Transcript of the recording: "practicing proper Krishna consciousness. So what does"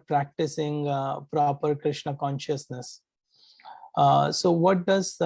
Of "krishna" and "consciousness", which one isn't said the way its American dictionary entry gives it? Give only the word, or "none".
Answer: none